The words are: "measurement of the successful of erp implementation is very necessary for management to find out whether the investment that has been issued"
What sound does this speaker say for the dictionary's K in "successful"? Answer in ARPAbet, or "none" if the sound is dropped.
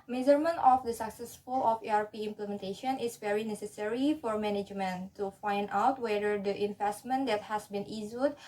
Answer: K